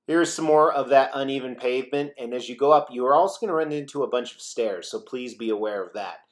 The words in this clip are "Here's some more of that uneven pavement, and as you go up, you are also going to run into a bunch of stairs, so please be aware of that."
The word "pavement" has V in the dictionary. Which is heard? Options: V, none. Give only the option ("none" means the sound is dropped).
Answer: V